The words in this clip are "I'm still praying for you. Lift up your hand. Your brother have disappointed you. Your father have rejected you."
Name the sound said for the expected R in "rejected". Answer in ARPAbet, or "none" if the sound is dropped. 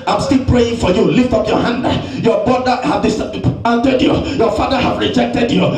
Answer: R